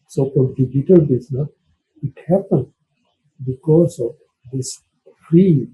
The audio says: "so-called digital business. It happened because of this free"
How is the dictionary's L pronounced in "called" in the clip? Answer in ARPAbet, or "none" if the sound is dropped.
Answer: none